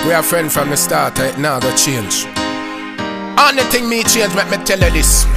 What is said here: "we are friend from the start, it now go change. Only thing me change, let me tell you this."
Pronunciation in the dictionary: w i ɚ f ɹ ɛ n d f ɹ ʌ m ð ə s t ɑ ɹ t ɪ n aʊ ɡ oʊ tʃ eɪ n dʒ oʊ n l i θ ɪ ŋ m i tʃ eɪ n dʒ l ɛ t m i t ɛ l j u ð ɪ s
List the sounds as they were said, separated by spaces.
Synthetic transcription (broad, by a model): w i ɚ f ɹ ɛ n d f ɹ ʌ m ð ə s t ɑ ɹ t ɪ n aʊ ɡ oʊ tʃ eɪ n dʒ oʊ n i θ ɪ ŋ m i tʃ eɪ n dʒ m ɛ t m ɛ t ɛ l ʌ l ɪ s